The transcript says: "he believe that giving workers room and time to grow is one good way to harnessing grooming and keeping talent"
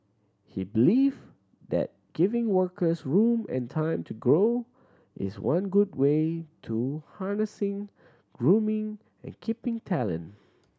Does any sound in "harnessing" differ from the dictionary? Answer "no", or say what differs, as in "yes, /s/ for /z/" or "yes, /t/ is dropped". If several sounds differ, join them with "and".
no